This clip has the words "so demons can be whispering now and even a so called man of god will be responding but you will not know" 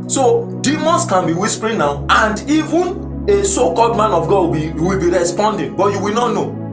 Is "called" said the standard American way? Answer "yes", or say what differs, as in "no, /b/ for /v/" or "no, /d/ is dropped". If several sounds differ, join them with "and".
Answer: yes